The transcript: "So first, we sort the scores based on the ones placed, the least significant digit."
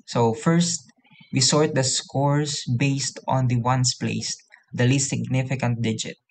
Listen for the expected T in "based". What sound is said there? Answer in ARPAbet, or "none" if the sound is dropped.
T